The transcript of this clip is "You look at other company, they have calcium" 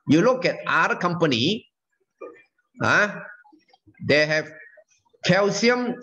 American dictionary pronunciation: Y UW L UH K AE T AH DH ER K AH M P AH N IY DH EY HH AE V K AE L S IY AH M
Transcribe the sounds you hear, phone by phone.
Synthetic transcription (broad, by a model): Y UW L UH K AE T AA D K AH M P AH N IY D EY HH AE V K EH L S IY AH M